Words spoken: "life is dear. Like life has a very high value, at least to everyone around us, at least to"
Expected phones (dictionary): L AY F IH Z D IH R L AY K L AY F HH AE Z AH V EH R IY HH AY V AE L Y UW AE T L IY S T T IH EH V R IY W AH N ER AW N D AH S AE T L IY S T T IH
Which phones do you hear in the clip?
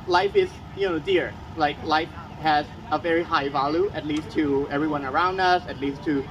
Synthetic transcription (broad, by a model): L AY F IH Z D IH R L AY K L AY F HH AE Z AH V EH R IY HH AY V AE L Y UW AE T L IY S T T IH EH V R IY W AH N ER AW N D AH S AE T L IY S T T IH